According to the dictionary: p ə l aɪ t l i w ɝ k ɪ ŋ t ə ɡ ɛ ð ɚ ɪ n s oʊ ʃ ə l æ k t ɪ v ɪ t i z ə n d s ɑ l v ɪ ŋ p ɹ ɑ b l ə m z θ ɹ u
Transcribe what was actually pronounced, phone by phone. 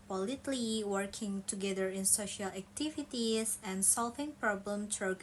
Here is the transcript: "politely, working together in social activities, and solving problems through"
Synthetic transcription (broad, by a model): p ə l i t l i w ɝ k ɪ ŋ t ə ɡ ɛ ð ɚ ɪ n s oʊ ʃ ə l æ k t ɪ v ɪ t i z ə n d s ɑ l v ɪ ŋ p ɹ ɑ b l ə m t ɹ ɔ